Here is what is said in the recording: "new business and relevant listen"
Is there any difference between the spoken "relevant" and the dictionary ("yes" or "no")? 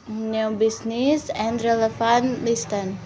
yes